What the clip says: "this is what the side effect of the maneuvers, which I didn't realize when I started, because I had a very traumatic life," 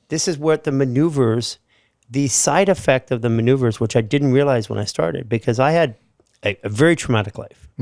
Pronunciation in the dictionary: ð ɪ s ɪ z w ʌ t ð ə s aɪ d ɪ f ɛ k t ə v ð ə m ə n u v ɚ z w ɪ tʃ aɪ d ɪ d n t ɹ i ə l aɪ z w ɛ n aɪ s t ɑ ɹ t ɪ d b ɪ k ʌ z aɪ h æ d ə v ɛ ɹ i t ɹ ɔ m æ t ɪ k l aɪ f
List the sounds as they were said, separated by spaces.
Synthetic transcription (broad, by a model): ð ɪ s ɪ z w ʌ t ð ə s aɪ d ɪ f ɛ k t ə v ð ə m ə n u v ɚ z w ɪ tʃ aɪ d ɪ d n t ɹ i ə l aɪ z w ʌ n aɪ s t ɑ ɹ t ɪ d b ɪ k ʌ z aɪ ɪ d ə v ɛ ɹ i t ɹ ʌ m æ t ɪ k l aɪ f